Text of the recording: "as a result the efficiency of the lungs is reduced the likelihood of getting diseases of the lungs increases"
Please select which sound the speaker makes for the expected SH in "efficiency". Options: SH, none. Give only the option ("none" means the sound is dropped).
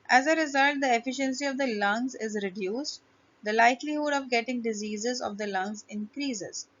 SH